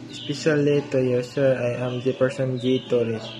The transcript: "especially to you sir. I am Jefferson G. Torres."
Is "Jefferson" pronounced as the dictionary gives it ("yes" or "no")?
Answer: no